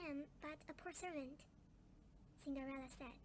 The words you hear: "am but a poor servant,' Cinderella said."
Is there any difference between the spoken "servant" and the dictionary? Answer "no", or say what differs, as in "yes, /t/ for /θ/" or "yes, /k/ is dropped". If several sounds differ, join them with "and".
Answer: no